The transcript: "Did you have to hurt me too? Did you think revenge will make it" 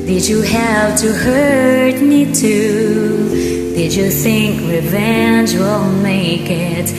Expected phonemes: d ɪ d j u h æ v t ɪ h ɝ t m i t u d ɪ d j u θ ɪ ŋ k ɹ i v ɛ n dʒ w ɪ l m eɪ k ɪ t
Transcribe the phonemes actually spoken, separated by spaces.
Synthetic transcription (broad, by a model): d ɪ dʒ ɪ h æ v t ɪ h ɝ t m i t u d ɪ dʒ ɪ θ ɪ ŋ k ɹ i v ɛ n dʒ w ɪ l m eɪ k ɪ t